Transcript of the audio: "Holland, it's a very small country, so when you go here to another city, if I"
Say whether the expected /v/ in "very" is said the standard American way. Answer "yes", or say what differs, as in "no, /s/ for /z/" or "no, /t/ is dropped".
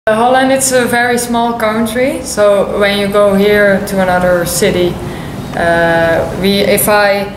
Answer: yes